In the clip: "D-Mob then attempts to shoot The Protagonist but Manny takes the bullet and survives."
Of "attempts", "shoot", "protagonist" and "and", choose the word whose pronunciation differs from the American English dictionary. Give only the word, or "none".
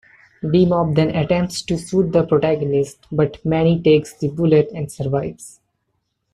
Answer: shoot